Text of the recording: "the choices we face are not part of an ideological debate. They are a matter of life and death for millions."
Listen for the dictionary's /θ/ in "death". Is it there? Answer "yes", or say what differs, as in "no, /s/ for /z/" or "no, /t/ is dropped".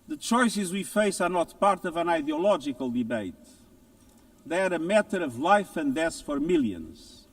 no, /s/ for /θ/